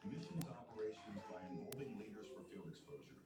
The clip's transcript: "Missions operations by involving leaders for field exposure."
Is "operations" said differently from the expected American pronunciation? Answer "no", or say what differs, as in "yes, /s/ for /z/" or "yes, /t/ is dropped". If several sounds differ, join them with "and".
no